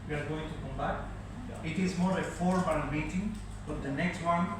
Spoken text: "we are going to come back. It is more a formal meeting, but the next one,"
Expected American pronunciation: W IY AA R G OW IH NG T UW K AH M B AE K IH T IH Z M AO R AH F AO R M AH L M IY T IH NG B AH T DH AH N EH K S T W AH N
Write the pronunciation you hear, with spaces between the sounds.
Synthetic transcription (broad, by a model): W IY AA R G OW IH NG T UW K AH M B AE K IH T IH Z M AO R AH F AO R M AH N M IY T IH NG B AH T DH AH N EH K S T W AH N